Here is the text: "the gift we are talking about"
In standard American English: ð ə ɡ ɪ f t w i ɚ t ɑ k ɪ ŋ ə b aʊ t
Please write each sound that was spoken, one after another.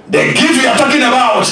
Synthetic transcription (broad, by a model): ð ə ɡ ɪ t w i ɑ t ɑ k ɪ ŋ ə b aʊ t